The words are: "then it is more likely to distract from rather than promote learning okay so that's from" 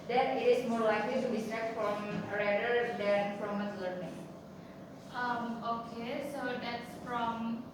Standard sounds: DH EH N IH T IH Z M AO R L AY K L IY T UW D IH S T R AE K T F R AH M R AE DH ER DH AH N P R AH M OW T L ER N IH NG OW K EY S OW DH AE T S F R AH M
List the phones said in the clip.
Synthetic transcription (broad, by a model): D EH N IH T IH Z M AO R L AY K L IY T UW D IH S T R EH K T F R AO M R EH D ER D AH N F R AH M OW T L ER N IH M OW K EY S OW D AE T S F R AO M